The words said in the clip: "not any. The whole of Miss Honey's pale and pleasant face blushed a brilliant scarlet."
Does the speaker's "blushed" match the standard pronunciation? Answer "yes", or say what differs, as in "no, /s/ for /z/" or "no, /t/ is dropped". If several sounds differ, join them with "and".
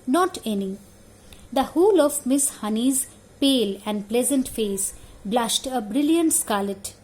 yes